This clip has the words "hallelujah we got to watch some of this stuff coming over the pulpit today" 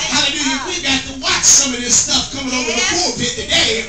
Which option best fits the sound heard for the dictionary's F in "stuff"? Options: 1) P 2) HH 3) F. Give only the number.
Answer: 3